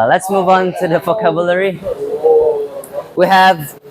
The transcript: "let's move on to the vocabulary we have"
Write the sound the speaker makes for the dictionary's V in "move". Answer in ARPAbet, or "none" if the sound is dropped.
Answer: V